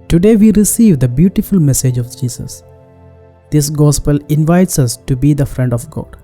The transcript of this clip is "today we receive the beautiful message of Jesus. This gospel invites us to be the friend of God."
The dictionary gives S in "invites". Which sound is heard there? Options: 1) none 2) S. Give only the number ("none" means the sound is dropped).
2